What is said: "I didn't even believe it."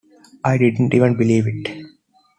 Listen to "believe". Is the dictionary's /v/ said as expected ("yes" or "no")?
yes